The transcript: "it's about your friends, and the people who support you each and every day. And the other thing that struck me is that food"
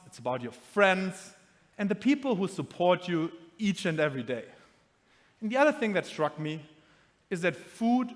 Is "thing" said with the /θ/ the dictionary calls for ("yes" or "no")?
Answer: yes